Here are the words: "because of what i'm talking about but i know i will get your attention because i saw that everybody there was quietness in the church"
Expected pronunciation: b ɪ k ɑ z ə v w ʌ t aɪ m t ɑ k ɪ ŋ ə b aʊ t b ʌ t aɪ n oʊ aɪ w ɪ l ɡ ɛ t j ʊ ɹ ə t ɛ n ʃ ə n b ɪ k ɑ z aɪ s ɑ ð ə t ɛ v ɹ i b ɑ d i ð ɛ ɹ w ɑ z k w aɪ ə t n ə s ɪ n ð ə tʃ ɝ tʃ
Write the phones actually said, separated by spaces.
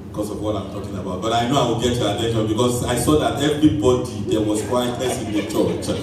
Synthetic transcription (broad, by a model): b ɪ k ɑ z ə v w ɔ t aɪ m t ɑ k ɪ ŋ ə b aʊ t b ʌ t aɪ n oʊ aɪ w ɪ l ɡ ɛ t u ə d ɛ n ə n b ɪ k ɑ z aɪ s ɑ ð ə t ɛ v ɹ i b ɑ d i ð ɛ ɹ w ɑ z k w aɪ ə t ə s ɪ n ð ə tʃ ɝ tʃ